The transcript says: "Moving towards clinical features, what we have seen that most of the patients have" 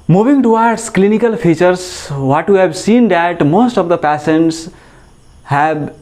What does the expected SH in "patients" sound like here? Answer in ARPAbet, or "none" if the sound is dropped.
S